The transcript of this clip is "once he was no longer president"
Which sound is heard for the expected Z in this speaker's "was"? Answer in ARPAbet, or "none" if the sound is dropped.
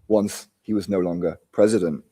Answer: Z